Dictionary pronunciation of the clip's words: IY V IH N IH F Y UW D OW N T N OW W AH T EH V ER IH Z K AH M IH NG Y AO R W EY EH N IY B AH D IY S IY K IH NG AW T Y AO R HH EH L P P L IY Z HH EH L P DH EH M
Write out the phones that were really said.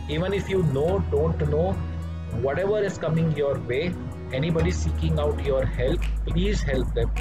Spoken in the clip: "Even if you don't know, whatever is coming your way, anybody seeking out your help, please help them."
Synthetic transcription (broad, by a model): IY V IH N IH F Y UW D OW N T N OW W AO T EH V ER IH Z K AH M IH NG Y AO R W EY EH N IY B AH D IY S IY K IH NG AW T Y AO R HH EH L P P L IY Z HH EH L P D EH M